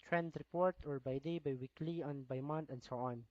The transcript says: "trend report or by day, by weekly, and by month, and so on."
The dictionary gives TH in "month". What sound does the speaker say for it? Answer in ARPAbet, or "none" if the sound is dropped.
T